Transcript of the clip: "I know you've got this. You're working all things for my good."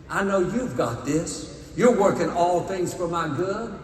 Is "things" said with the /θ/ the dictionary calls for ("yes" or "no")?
yes